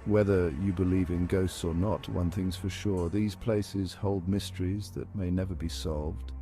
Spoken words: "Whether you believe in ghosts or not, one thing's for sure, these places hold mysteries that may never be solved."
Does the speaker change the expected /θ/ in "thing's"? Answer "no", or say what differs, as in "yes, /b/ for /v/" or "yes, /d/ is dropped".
no